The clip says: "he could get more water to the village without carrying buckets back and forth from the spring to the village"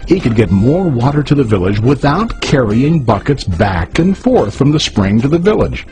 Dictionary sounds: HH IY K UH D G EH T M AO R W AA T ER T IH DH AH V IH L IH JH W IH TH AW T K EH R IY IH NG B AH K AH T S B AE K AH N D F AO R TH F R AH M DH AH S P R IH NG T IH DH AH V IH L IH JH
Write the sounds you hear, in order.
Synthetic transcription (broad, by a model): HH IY K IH D G EH T M AO R W AA T ER T IH DH AH V IH L IH JH W IH TH AW T K EH R IY IH NG B AH K AH T S B AE K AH N F AO R TH F R AH M DH AH S P R IH NG T IH DH AH V IH L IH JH